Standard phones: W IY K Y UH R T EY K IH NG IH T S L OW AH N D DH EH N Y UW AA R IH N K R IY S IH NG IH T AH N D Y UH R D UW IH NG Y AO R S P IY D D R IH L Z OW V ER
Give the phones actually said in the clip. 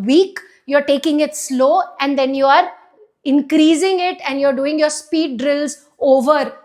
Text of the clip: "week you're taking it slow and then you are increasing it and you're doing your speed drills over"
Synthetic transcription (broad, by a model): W IY K Y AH R T EY K IH NG IH T S L OW AH N D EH N Y UW AA R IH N K R IY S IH NG IH T AH N D Y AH R D UW IH NG Y AO R S P IY D D R IH L Z OW V ER